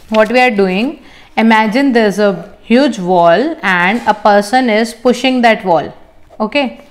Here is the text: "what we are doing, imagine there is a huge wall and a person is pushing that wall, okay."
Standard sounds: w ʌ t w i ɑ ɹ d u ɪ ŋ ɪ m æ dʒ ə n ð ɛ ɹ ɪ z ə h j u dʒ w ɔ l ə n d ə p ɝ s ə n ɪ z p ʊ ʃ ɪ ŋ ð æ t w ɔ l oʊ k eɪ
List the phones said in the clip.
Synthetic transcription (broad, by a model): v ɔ t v i ɑ ɹ d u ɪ ŋ ɪ m æ dʒ ə n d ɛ ɹ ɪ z ə h j u dʒ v ɔ l ə n d ə p ɝ s ə n ɪ z p ʊ ʃ ɪ ŋ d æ t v ɔ l oʊ k eɪ